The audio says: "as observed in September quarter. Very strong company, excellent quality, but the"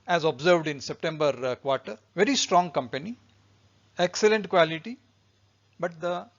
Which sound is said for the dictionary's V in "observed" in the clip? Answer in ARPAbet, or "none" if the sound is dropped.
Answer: V